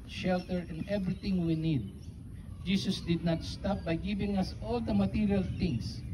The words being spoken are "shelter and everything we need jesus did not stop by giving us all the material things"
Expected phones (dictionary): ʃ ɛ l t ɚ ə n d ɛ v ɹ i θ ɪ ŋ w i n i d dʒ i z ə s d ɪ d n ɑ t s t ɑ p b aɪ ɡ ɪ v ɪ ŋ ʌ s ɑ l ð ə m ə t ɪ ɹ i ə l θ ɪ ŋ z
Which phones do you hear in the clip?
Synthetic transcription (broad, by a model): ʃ ɛ l t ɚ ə n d ɛ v ɹ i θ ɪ ŋ w i n i d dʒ i s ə s d ɪ d n ɑ t s t ɑ p b aɪ ɡ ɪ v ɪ ŋ ʌ s ɑ l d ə m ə t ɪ ɹ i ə l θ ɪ ŋ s